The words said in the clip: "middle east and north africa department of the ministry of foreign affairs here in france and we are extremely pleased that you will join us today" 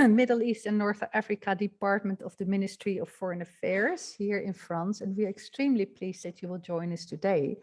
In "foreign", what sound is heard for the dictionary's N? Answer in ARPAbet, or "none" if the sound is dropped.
N